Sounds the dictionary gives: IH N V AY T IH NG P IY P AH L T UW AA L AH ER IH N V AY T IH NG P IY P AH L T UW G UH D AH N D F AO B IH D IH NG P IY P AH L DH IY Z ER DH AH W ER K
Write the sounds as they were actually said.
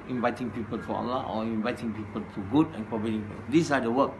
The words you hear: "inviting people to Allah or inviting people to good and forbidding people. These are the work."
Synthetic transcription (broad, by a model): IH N V AY T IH NG P IY P AH L T UW AA L AH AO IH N V AY T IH NG P IY P AH L T UW G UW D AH N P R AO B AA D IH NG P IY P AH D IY S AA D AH W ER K